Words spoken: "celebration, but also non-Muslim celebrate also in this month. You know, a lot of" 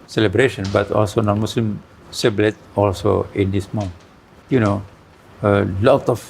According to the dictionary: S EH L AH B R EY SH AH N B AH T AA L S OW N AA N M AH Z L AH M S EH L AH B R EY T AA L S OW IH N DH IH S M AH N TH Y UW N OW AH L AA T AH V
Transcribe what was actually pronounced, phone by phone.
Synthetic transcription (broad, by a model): S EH L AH B R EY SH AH N B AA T AA L S OW N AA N M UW S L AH M S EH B L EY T AA L S OW IH N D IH S M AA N Y UW N OW AH L AA T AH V